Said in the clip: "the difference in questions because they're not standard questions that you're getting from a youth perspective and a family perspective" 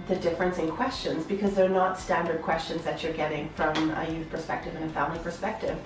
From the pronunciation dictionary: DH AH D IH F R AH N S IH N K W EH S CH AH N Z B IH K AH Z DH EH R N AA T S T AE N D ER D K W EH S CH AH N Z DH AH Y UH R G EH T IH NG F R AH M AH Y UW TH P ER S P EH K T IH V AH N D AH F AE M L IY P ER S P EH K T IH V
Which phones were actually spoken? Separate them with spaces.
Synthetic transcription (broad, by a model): DH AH D IH F R AH N S IH N K W EH S CH AH N Z B IH K AH Z DH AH R N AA T S T AE N D ER D K W EH S CH AH N Z DH AH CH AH R G EH T IH NG F R AH M AH Y UW TH P ER S P EH K T IH V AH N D AH F AE M L IY P ER S P EH K T IH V